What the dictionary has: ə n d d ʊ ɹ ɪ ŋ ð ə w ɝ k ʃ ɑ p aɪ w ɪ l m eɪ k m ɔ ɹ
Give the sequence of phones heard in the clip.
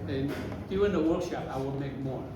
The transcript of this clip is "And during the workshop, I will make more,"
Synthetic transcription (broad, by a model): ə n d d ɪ ɪ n ð ə w ɝ k ʃ ɑ p aɪ w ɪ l m eɪ k m ɔ ɹ